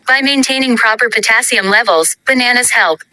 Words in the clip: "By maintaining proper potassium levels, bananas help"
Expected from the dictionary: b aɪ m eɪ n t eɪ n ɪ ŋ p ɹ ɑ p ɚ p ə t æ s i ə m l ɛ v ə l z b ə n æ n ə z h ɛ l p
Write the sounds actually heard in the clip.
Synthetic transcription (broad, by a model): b aɪ m eɪ n t eɪ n ɪ ŋ p ɹ ɑ p ɚ p ə t æ s i ə m l ɛ v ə l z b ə n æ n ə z h ɛ l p